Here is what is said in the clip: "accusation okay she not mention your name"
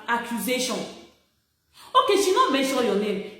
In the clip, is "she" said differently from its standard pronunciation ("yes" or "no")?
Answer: yes